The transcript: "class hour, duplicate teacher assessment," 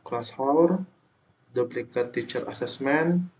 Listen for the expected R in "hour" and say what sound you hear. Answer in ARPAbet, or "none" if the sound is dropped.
R